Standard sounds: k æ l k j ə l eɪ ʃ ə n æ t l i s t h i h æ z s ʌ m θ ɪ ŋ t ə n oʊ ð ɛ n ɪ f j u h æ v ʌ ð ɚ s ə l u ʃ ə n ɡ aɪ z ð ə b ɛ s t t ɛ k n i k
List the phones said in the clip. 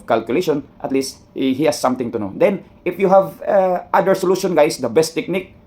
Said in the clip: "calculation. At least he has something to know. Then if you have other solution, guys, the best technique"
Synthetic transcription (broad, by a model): k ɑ l k j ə l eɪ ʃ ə n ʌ t l i s t h i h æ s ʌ m t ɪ ŋ t ə n oʊ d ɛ n ɪ f j u h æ v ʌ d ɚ s ə l u ʃ ə n ɡ aɪ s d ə b ɛ s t t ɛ k n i k